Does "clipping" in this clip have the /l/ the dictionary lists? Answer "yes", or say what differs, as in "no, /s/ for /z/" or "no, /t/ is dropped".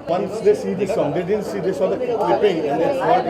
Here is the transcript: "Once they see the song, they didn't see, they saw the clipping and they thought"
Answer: no, /l/ is dropped